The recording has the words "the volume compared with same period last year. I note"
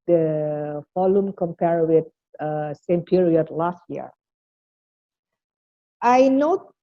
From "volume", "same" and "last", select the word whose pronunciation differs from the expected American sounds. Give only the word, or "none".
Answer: volume